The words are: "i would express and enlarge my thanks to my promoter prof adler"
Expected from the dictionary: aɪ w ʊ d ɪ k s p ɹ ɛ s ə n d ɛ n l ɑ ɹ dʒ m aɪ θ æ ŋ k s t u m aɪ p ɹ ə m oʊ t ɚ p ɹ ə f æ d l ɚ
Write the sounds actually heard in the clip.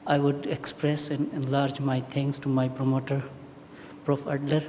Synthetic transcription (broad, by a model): aɪ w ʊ d ɪ k s p ɹ ɛ s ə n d ɛ n l ɑ ɹ dʒ m aɪ t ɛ ŋ k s t u m aɪ p ɹ ə m oʊ t ɚ p ɹ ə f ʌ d l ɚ